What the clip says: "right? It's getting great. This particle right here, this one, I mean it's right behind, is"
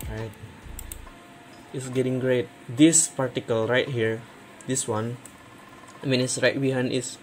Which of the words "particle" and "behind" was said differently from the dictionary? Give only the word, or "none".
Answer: behind